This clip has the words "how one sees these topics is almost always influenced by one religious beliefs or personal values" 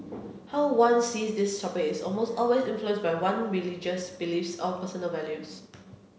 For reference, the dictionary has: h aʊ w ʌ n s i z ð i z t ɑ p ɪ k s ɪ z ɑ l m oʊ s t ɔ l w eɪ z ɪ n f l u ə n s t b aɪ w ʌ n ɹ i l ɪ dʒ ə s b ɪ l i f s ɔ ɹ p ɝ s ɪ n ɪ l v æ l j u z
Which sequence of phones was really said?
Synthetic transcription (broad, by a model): h aʊ w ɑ n s i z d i s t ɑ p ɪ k ɪ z ɑ l m oʊ s t ɔ l w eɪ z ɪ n f l u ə n s b aɪ w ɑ n ɹ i l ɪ dʒ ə s b ɪ l i f s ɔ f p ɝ s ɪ n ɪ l v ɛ l j u s